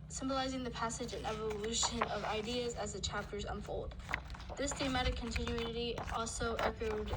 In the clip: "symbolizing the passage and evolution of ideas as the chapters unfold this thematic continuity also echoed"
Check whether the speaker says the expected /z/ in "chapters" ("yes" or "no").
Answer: yes